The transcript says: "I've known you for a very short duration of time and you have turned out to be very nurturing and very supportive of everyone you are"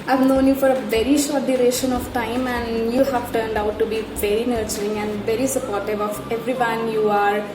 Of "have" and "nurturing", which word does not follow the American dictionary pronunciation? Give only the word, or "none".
none